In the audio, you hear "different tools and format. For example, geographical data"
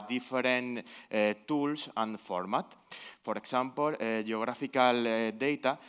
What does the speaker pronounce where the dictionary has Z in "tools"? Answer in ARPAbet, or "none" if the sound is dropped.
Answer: S